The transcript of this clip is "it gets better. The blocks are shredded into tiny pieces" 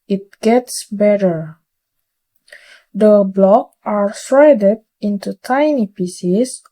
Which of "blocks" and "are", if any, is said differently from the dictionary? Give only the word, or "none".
blocks